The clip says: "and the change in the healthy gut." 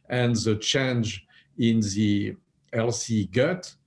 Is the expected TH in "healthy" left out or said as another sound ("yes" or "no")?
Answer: yes